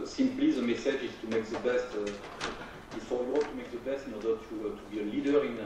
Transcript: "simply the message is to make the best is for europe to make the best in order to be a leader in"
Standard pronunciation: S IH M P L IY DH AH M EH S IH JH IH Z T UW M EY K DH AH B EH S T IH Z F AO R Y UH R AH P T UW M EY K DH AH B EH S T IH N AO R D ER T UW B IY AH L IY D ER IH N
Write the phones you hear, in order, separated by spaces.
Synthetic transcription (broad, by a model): S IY M P L IY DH AH M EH S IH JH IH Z T UW M EY K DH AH B EH S T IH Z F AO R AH W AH T UW M EY K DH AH B EH S T IH N AO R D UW T UW B IY AH L IY D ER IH N